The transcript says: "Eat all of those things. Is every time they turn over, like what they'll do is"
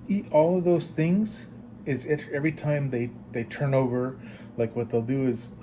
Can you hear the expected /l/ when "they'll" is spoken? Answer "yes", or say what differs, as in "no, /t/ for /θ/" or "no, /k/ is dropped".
yes